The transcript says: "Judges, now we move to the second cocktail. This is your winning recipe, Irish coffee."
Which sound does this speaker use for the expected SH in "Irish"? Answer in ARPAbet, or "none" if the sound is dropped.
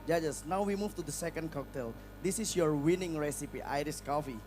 S